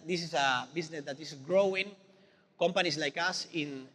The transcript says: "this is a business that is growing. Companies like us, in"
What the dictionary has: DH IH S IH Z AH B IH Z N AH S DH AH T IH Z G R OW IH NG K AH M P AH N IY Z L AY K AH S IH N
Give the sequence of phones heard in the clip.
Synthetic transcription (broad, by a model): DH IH S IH S AH B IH S N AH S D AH T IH S G R OW IH NG K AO M P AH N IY S L AY K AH S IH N